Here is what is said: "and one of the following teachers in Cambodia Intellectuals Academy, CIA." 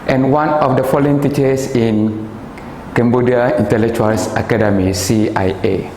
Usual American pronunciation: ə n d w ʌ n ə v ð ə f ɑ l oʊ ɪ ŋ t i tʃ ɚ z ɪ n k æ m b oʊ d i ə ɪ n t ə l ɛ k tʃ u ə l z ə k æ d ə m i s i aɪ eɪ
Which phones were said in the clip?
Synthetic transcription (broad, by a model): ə n w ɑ n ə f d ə f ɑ l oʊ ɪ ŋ t i tʃ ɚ s ɪ n k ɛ m b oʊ d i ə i n t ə l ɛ k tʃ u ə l s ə k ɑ d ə m i s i aɪ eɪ